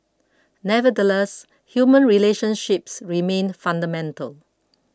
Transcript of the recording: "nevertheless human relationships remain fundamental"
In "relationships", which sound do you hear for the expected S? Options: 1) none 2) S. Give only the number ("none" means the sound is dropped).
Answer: 2